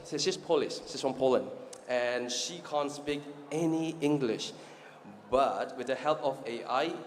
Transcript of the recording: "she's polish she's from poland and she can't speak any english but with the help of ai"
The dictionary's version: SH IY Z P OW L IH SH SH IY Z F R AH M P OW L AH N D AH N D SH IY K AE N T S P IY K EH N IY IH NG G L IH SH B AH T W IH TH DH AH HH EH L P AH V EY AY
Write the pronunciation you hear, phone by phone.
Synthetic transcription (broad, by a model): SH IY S P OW L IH S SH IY S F R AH M P OW L AH N D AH N SH IY K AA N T S P IY K EH N IY IH NG G L IH SH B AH T W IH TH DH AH HH EH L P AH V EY AY